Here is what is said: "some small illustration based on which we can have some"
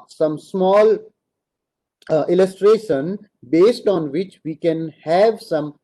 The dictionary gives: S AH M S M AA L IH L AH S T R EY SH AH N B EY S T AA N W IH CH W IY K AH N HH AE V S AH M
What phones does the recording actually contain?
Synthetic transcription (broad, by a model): S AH M S M AA L IH L AH S T R EY SH AH N B EY S T AA N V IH CH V IY K AH N HH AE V S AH M